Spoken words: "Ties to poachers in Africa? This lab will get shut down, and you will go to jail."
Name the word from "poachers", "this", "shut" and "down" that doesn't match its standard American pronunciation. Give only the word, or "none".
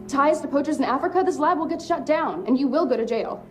none